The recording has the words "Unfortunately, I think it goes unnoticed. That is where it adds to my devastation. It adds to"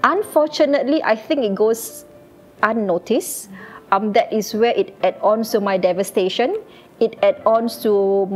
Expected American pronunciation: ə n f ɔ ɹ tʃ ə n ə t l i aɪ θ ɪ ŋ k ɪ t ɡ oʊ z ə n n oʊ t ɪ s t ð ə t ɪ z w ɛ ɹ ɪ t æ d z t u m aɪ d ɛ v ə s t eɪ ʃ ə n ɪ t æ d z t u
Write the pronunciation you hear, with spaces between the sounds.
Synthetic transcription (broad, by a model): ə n f ɔ tʃ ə n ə t l i aɪ θ ɪ ŋ k ɪ t ɡ oʊ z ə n n oʊ t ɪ s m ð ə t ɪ s w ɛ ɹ ɪ t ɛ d s t u m aɪ d ɛ v ə s t eɪ ʃ ə n ɪ t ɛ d s t u